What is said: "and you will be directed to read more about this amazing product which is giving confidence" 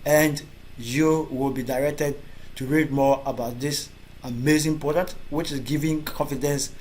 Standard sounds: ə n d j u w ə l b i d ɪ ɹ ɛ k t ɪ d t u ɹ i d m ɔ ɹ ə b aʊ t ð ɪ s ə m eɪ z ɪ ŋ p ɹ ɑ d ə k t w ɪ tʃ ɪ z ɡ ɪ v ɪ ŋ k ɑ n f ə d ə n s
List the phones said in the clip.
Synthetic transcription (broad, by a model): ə n d j u w ə l b i d ɪ ɹ ɛ k t ɪ d t u ɹ i d m ɔ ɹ ə b aʊ t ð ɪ s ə m eɪ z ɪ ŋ p ɑ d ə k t w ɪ tʃ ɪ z ɡ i v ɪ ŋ k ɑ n f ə d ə n s